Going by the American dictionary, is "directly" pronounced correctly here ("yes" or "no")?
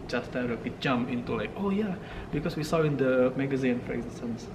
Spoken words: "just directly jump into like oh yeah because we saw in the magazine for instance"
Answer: no